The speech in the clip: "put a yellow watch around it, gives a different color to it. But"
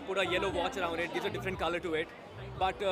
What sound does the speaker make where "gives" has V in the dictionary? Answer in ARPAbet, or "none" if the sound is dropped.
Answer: none